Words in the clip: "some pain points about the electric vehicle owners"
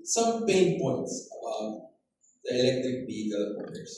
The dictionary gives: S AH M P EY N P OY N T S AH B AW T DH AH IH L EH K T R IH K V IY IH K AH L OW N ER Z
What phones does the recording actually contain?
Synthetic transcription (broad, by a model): S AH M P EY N P OY N T S AH B AW T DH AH IH L EH K T R IH K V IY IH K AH L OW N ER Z